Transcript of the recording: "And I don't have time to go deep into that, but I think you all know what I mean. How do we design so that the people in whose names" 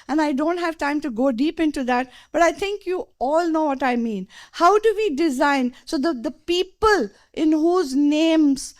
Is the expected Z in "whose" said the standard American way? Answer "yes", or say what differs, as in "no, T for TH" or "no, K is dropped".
yes